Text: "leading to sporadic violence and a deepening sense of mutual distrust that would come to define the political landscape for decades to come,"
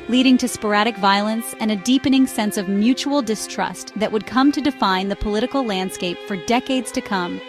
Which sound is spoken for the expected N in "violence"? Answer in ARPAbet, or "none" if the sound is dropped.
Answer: N